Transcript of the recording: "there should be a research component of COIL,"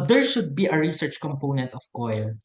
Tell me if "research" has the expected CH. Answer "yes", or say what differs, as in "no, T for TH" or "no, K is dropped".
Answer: yes